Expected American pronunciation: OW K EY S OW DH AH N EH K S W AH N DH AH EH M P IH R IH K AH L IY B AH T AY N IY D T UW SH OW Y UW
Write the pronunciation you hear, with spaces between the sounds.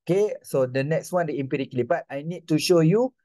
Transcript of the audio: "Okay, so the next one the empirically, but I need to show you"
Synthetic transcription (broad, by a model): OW K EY S OW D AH N EH K S W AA N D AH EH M P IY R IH K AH L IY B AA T AY N IY D T UW SH OW Y UW